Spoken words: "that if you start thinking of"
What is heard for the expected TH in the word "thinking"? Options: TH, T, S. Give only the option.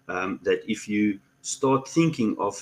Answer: TH